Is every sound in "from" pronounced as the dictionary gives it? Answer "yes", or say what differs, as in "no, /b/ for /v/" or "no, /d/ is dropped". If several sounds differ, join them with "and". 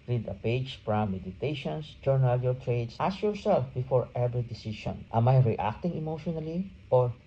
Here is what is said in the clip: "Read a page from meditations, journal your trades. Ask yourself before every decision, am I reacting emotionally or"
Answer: no, /p/ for /f/